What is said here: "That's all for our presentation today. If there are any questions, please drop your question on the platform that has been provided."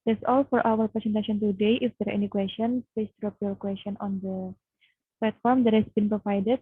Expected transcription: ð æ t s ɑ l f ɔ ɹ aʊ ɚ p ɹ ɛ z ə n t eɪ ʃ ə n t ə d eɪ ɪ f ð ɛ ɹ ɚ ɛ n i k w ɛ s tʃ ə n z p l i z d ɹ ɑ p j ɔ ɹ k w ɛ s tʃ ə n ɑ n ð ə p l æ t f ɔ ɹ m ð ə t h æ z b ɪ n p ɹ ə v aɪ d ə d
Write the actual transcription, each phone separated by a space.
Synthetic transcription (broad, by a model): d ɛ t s ɑ l f ɔ ɹ aʊ ɚ p ɹ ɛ s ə n t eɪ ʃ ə n t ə d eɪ ɪ f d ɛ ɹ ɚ ɛ n i k w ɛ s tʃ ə n p ɛ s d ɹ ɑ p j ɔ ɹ k w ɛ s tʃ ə n ɑ n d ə p l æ t f ɔ ɹ m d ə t h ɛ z b ɪ n p ɹ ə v aɪ d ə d